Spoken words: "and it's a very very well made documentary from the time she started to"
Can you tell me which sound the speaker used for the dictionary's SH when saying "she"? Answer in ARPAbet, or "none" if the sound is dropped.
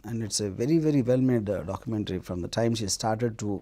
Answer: SH